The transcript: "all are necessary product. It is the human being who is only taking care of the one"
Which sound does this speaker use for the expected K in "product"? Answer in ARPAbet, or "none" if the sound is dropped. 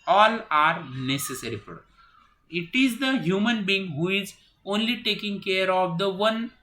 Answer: none